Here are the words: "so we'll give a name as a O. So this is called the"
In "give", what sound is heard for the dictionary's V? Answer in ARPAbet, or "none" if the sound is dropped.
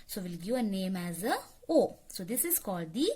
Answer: none